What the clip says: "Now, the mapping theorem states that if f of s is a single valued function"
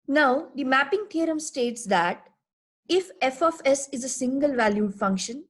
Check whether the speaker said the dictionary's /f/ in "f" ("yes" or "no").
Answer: yes